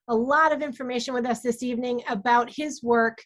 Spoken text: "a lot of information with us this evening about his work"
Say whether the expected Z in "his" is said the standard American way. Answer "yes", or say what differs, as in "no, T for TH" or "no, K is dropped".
yes